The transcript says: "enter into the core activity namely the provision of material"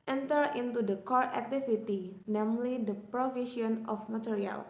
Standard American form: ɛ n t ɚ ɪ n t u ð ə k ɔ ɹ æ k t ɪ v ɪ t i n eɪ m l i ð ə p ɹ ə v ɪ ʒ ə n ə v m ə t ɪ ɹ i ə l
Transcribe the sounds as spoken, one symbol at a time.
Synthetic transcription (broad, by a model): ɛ n t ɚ ɪ n t u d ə k ɔ ɹ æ k t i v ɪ t i n eɪ m l i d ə p ɹ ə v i ʃ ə n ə f m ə t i ɹ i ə l